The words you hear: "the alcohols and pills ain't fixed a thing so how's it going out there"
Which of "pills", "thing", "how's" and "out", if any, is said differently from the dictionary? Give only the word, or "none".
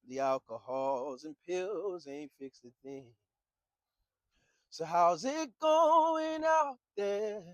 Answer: none